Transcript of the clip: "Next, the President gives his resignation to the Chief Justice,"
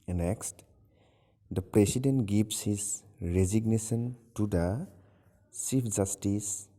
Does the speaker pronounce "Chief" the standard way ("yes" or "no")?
no